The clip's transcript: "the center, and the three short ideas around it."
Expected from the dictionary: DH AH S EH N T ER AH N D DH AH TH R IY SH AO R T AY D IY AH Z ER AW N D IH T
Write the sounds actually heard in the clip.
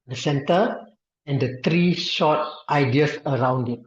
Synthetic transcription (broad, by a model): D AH S EH N T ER AH N D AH T R IY SH AO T T AY D IY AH S ER AW N D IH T